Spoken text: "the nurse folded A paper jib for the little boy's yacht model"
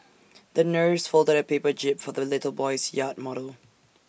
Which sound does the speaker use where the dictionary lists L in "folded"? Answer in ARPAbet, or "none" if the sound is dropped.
L